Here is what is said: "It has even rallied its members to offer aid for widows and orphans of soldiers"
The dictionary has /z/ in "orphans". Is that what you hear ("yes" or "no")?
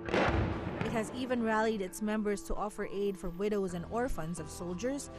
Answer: yes